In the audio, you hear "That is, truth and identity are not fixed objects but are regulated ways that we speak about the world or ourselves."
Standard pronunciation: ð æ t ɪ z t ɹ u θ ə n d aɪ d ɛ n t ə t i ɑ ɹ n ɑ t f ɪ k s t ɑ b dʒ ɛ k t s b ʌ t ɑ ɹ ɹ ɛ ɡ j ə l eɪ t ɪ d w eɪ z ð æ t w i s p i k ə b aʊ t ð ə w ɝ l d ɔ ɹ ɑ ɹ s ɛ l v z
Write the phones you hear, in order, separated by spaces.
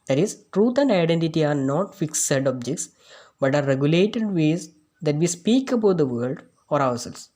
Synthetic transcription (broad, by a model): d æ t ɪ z t ɹ u t ə n d aɪ d ɛ n t ə t i ɑ ɹ n ɑ t f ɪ k s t ɑ b dʒ ɛ k t s b ʌ t ɑ ɹ ɹ ɛ ɡ j ə l eɪ t ɪ d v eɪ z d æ t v i s p i k ə b aʊ t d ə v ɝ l d ɔ ɹ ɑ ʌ s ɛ l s